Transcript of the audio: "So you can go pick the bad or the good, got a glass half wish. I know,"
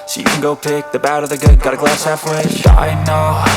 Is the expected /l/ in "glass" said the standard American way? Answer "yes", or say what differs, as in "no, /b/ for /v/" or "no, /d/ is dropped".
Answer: yes